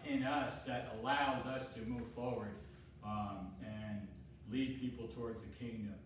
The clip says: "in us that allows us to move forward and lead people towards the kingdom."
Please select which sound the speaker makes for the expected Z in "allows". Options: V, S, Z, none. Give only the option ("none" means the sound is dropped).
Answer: Z